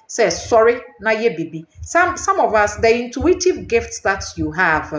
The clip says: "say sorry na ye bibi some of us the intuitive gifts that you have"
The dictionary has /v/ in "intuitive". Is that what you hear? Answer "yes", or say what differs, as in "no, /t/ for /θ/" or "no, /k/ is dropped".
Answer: yes